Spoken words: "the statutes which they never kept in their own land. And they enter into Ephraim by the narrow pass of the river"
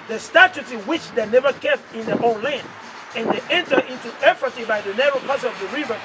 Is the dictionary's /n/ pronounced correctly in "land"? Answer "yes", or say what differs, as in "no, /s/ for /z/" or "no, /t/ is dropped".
yes